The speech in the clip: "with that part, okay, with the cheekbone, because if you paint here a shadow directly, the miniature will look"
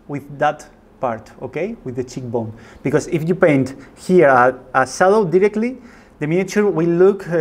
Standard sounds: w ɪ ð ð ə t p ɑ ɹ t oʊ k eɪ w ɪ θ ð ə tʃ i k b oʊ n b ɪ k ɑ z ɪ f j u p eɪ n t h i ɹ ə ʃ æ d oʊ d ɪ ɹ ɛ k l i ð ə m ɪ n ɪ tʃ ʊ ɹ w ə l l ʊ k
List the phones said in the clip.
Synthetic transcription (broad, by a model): w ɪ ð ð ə t p ɑ ɹ t oʊ k eɪ w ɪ ð ə tʃ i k b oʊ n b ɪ k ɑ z ɪ f j u p eɪ n t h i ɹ ə s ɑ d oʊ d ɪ ɹ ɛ k l i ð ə m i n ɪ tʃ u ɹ w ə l l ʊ k